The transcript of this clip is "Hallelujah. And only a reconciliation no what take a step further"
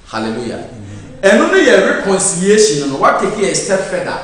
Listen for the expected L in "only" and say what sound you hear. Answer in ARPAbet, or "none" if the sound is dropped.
none